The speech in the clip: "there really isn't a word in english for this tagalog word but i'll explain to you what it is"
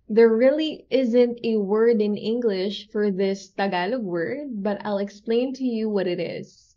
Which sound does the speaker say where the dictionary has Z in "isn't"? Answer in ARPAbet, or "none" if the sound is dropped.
Z